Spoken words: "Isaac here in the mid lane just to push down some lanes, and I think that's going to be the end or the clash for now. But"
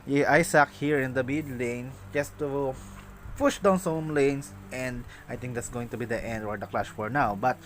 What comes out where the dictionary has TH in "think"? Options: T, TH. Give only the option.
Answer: T